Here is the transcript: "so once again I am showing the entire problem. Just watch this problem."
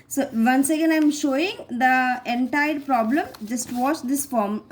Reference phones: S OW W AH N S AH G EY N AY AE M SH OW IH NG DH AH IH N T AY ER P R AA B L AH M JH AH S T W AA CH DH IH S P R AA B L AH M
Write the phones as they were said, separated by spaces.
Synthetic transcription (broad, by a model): S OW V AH N S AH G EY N AY M SH OW IH NG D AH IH N T AY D P R AA B L AH M JH AH S T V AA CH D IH S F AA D M